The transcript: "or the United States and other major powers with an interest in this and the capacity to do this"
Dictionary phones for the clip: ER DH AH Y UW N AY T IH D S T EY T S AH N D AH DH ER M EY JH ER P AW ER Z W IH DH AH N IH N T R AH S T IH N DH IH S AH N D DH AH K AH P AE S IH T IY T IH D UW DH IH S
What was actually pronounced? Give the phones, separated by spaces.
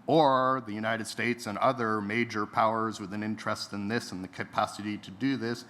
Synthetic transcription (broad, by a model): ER DH AH Y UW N AY T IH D S T EY T S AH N AH DH ER M EY JH ER P AW ER Z W IH DH AH N IH N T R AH S T IH N DH IH S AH N DH AH K AH P AE S IH T IY T IH D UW DH IH S